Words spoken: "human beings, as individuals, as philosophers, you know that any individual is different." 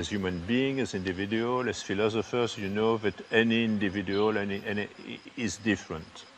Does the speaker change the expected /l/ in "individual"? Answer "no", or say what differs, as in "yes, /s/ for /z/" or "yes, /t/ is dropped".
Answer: yes, /n/ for /l/